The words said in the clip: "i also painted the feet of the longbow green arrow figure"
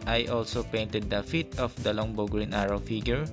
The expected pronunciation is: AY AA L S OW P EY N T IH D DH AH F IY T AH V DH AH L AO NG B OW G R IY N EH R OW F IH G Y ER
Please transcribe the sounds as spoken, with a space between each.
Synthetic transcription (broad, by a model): AY AA L S OW P EY N T IH D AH F IY T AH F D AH L AO NG B OW G R IY N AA R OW F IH G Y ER